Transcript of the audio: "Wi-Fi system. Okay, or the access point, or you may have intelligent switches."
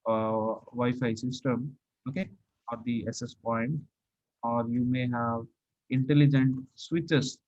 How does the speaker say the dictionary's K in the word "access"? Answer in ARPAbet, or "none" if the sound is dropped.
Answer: none